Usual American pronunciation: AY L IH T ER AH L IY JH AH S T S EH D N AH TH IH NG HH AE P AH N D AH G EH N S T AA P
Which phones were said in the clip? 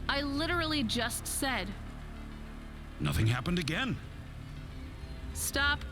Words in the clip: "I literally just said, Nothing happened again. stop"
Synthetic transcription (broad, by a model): AY L IH T ER L IY JH AH S T S EH D N AH TH IH NG HH AE P AH N D AH G EH N S T AA P